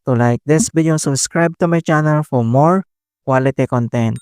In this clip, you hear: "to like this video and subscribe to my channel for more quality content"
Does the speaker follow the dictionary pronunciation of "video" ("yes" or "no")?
no